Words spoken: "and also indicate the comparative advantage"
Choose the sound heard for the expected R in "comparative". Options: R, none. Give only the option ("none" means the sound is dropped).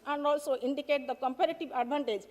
R